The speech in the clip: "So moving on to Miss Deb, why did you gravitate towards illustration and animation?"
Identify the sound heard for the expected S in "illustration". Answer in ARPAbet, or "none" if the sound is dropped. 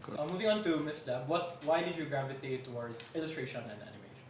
S